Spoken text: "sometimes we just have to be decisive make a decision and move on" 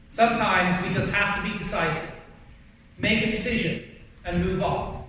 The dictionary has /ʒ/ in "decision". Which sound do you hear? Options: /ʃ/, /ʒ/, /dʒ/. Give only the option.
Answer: /ʒ/